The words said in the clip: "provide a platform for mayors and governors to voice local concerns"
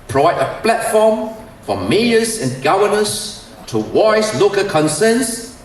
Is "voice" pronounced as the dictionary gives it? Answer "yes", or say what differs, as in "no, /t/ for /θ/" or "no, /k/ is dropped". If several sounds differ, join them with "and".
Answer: no, /w/ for /v/